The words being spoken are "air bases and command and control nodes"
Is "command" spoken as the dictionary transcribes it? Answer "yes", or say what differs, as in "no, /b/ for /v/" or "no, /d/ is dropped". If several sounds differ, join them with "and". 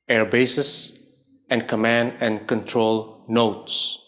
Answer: yes